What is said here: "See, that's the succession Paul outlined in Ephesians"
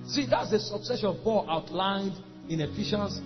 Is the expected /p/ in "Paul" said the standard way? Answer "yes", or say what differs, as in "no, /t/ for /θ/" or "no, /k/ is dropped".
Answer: no, /b/ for /p/